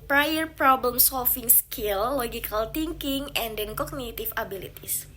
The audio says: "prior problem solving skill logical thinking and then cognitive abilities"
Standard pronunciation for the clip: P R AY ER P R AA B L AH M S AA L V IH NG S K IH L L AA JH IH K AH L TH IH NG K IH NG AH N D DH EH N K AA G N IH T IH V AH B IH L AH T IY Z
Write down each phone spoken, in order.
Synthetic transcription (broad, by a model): P R AY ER P R AA B L AH M S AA L F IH NG S K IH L L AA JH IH K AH L T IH NG K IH NG AH N D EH N K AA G N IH T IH F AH B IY L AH T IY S